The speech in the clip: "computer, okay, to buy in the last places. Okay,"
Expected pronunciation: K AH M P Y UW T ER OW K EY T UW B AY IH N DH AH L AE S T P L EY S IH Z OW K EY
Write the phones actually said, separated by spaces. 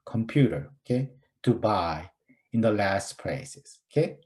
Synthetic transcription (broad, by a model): K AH M P Y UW T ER OW K EY T UW B AY IH N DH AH L AE S T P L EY S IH S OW K EY